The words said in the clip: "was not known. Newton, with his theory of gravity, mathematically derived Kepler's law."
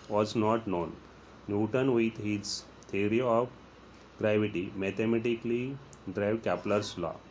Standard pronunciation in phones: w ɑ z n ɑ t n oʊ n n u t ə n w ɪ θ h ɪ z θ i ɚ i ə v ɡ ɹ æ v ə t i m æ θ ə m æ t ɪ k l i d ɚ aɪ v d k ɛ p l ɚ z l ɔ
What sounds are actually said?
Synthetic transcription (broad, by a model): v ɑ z n ɑ t n oʊ n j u t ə n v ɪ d h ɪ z t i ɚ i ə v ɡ ɹ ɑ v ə t i m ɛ t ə m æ t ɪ k l i d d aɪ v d k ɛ p l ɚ s l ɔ